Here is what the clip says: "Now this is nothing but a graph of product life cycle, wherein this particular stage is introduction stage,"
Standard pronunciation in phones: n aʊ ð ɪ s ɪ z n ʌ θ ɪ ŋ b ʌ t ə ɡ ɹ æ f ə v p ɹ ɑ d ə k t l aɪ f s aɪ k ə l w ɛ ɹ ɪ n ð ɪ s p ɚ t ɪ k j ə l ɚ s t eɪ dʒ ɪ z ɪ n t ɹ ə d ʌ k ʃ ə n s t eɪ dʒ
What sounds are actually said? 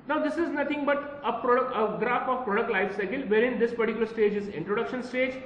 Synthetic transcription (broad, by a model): n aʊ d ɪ s ɪ z n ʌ t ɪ ŋ b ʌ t ə ɡ ɹ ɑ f ə v p ɹ ɑ d ə k t l aɪ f s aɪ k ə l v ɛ ɹ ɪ n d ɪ s p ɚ t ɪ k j l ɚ s t eɪ dʒ ɪ z ɪ n t ɹ ə d ʌ k ʃ ə n s t eɪ dʒ